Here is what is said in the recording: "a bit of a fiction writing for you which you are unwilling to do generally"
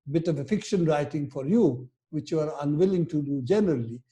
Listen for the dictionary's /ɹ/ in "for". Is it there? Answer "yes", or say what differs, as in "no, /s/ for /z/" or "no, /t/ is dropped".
yes